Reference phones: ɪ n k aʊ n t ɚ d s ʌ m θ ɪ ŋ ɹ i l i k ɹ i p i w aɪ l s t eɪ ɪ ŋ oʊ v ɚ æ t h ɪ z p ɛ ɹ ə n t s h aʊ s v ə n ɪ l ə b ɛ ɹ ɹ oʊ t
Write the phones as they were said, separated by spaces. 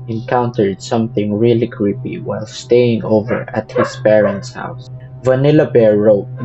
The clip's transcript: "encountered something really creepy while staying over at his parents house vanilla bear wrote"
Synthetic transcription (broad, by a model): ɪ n k aʊ n t ɚ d s ʌ m θ ɪ ŋ ɹ i l i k ɹ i p i w aɪ l s t eɪ ɪ ŋ oʊ v ɚ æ t h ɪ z p ɛ ɹ ə n t s h aʊ s v ə n ɪ l ə b ɛ ɹ ɹ oʊ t